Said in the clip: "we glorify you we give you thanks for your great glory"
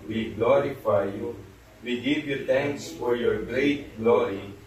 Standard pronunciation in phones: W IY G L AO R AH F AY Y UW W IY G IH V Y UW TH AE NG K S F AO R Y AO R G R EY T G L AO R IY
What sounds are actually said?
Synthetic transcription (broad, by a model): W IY G L AO R AH F AY Y UW W IY G IH V Y UW T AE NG K S F AO R Y AO R G R EY T G L AO R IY